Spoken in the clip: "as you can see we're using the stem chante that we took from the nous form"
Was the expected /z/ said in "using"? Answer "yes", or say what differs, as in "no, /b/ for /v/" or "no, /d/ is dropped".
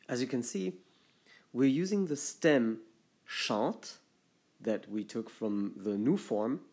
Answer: yes